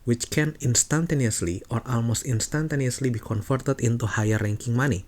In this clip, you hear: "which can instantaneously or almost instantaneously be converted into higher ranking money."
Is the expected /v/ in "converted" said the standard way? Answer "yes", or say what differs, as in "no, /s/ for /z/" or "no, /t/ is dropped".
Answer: no, /f/ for /v/